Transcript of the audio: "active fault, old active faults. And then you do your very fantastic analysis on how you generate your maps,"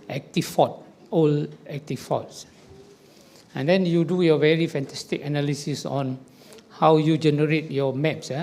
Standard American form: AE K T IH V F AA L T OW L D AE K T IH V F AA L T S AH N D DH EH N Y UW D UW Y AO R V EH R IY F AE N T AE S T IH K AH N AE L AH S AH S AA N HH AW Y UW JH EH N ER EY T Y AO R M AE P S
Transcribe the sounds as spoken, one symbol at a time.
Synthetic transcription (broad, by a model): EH K T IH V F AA T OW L EH K T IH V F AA T S AH N D EH N Y UW D UW Y AO V EH R IY F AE N T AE S T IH K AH N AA L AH S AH S AA N HH AW Y UW JH EH N ER EY T Y AO M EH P S